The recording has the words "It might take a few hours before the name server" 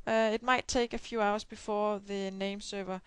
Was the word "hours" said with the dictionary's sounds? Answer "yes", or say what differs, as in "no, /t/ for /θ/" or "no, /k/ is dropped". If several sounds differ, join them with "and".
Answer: no, /s/ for /z/